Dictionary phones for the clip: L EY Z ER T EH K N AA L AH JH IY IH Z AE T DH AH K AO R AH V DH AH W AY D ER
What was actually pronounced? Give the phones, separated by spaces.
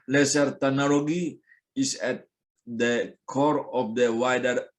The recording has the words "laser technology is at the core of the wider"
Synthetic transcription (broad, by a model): L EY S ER T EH N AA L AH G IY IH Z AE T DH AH K AO R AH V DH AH W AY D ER